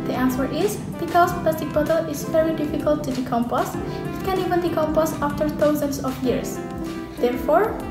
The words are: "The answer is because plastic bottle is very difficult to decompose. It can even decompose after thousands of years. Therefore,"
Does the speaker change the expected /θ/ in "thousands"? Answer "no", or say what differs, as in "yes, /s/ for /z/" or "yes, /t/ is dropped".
yes, /t/ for /θ/